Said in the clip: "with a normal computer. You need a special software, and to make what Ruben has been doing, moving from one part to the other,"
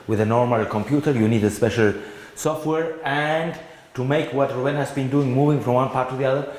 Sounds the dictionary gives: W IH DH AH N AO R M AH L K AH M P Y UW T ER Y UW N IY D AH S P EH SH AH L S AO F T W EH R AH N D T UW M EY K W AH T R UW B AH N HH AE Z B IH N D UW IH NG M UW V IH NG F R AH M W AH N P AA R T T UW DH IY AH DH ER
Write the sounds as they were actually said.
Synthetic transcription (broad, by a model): W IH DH AH N AO R M AH L K AH M P Y UW T ER Y UW N IY D AH S P EH SH AH L S AO F T W EH R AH N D T UW M EY K W AH T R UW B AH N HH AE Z B IH N D UW IH NG M UW V IH NG F R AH M W AH N P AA R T T UW DH IY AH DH ER